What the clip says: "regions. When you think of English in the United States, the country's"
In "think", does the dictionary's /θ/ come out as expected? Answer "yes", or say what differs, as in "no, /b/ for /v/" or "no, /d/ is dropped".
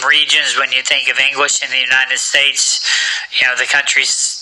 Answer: yes